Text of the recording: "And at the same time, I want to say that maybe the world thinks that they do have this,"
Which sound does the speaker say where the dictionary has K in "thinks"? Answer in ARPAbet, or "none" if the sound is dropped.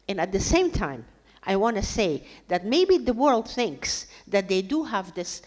K